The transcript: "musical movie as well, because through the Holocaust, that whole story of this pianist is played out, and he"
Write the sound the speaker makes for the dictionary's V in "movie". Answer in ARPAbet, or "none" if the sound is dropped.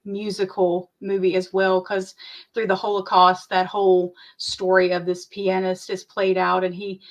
V